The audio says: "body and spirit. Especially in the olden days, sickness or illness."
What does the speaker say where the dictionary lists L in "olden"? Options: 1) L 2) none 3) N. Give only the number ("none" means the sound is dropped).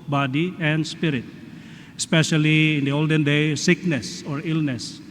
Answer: 1